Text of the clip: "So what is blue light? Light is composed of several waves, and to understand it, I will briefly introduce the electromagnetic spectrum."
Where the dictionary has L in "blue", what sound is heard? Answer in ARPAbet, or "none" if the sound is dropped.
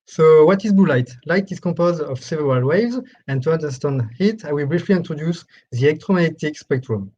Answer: none